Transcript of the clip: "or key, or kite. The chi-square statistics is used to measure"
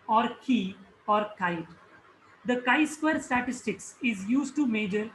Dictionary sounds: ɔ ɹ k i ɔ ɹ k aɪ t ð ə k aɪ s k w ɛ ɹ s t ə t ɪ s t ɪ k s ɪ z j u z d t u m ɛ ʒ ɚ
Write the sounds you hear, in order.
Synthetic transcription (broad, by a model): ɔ ɹ k i ɔ ɹ k aɪ t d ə k aɪ s k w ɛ ɹ s t ə t ɪ s t ɪ k s ɪ z j u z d t u m ɛ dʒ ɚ